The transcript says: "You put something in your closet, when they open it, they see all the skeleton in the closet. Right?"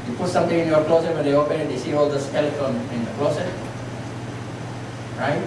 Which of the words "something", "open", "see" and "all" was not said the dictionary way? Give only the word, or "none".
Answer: something